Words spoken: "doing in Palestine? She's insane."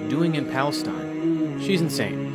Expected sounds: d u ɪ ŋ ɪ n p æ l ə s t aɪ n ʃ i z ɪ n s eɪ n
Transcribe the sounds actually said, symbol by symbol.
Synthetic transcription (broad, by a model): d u ɪ ŋ ɪ n p æ l ə s t aɪ n ʃ i z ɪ n s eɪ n